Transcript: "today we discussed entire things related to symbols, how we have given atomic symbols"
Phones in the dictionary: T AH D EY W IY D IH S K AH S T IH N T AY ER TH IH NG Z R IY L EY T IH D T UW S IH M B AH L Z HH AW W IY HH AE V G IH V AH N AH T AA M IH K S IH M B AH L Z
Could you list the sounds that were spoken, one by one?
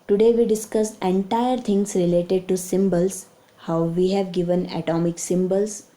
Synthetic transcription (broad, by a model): T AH D EY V IY D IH S K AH S IH N T AY ER T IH NG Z R IY L EY T IH D T UW S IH M B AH L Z HH AW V IY HH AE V G IH V AH N AH T AA M IH K S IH M B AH L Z